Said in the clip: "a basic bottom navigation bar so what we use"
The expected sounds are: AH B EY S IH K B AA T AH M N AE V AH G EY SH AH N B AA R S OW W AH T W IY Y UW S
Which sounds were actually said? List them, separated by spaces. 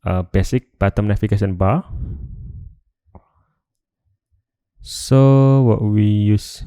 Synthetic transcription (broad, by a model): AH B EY S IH K B AA T AH M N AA F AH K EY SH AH N B AA S OW W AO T W IY Y UW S